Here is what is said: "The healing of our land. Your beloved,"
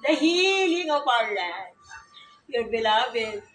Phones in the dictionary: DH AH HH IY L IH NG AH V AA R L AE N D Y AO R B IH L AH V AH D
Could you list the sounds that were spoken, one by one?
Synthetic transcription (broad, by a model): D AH HH IY L IH NG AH P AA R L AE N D Y AO R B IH L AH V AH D